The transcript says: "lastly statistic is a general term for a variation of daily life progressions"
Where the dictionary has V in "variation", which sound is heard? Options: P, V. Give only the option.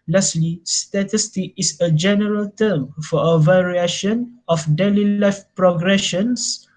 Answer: V